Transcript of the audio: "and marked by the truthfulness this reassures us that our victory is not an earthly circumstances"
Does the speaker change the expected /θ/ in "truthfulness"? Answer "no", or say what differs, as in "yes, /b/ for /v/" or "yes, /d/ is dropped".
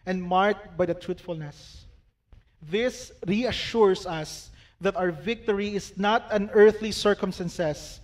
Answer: yes, /t/ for /θ/